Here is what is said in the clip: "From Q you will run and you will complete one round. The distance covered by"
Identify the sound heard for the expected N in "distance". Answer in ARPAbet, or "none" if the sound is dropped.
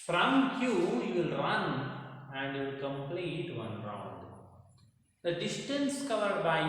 N